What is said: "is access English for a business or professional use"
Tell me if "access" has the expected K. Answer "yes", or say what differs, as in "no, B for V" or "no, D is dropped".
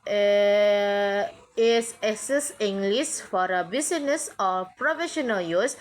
no, K is dropped